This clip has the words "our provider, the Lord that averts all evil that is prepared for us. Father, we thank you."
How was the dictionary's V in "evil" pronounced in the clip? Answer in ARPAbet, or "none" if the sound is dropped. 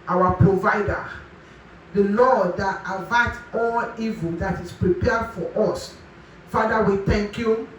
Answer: V